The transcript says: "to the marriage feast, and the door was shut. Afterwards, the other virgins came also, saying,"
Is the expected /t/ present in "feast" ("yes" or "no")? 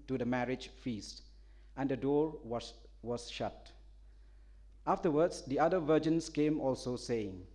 yes